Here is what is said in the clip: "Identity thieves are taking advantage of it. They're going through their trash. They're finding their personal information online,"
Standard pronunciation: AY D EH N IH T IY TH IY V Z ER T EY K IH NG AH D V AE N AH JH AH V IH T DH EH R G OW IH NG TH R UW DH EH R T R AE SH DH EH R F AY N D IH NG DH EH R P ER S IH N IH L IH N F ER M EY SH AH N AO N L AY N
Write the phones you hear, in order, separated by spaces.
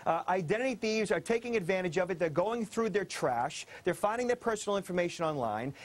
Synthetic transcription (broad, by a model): AY D EH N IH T IY TH IY V Z ER T EY K IH NG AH D V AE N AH JH AH V IH T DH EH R G OW IH NG TH R UW DH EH R T R AE SH DH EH R F AY N D IH NG DH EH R P ER S N L IH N F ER M EY SH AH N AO N L AY N